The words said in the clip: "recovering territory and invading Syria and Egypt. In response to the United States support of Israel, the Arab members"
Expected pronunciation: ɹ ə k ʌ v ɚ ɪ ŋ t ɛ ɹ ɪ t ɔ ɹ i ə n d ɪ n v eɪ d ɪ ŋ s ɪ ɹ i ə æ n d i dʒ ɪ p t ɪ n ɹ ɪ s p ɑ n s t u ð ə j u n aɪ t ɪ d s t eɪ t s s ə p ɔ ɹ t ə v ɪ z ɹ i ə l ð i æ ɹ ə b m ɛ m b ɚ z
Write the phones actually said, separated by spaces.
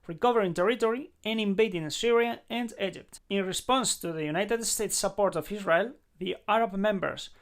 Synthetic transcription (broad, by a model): ɹ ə k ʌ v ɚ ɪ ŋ t ɛ ɹ ɪ t ɔ ɹ i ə n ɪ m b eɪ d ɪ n s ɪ ɹ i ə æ n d i dʒ ɪ p t ɪ n ɹ ɪ s p ɑ n s t u ð ə j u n aɪ t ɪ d s t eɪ t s s ə p ɔ ɹ t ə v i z ɹ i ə l ð i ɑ ɹ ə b m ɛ m b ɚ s